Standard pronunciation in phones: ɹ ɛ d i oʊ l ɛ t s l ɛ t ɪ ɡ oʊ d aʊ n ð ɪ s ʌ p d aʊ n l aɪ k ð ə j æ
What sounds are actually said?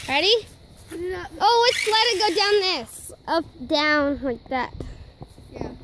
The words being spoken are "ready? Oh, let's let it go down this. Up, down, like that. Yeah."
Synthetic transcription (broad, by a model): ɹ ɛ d i oʊ w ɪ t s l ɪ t ɪ ɡ oʊ d aʊ n ð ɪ s ʌ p d aʊ n l aɪ k ð ə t